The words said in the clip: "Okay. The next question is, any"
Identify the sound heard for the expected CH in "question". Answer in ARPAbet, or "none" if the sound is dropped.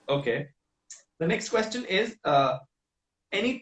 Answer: CH